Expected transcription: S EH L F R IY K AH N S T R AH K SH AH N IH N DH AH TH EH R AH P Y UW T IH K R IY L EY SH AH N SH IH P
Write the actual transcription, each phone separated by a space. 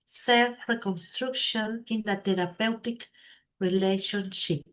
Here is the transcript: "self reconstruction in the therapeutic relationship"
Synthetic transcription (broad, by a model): S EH L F R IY K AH N S T R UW K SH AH N IH N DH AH T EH R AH P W T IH K R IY L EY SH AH N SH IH P